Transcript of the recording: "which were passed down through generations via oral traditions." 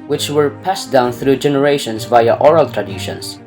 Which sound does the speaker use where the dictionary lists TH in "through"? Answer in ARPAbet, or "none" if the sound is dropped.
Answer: TH